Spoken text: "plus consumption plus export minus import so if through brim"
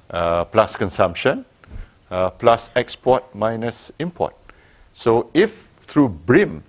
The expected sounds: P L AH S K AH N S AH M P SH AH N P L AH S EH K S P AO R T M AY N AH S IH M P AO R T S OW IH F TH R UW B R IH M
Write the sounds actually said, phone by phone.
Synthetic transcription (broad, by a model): P L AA S K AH N S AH M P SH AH N P L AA S EH K S P AO T M AY N AH S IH M P AO T S OW IH F T R UW B R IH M